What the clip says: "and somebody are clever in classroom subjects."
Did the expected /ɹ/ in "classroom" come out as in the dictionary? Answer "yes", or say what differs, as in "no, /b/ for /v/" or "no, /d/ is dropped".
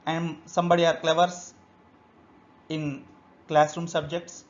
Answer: yes